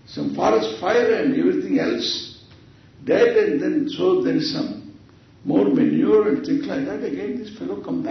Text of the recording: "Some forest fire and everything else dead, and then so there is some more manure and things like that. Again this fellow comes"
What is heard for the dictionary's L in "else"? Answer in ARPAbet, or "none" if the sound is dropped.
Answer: L